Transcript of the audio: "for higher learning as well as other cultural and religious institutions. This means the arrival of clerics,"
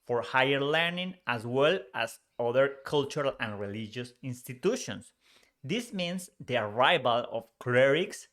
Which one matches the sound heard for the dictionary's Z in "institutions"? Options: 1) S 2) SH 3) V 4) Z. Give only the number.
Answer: 1